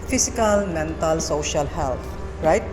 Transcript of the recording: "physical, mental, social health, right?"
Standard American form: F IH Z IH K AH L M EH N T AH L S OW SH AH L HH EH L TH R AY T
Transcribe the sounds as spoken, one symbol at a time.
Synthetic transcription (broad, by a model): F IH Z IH K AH L M EH N T AH L S OW SH AH L HH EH L T R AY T